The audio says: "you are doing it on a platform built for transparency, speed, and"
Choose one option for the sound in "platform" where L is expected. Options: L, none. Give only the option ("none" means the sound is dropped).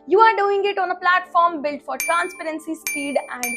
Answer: L